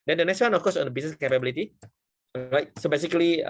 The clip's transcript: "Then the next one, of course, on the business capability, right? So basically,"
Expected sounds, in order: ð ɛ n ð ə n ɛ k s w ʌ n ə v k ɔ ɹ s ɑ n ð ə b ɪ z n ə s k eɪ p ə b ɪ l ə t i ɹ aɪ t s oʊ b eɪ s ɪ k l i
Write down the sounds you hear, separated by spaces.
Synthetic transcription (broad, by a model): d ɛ n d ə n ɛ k s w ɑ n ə f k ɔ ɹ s ɑ n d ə b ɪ s n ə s k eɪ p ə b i l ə t i l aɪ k s oʊ b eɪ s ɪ k l i